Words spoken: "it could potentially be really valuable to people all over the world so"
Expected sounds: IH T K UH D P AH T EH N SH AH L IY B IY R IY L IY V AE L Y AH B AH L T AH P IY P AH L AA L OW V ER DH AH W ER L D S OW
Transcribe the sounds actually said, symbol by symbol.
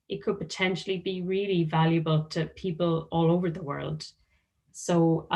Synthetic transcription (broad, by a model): IH T K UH D P AH T EH N SH AH L IY B IY R IY L IY V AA L Y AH B AH L T AH P IY P AH L AA L OW V ER DH AH W ER L D S OW